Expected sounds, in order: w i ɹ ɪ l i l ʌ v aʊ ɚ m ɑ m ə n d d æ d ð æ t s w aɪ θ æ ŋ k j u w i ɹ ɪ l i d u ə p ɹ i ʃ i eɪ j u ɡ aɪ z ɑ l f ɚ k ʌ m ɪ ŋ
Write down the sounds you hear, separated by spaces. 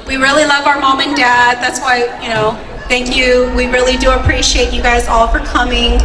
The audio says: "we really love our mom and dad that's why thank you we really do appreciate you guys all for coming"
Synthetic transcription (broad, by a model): w i ɹ ɪ l i l ʌ v aʊ ɚ m ɑ m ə n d d æ d ð æ t s w aɪ θ æ ŋ k j u w i ɹ ɪ l i d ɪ ə p ɹ i ʃ i eɪ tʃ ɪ ɡ aɪ z ɑ l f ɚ k ʌ m ɪ ŋ